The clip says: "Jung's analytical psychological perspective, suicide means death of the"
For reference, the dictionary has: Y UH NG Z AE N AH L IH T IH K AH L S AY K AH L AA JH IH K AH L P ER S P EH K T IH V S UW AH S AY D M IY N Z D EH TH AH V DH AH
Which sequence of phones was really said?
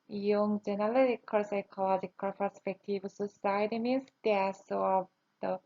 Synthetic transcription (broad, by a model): Y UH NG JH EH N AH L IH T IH K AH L S AY K AH L AA JH IH K AH L P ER S P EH K T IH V S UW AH S AY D M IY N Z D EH S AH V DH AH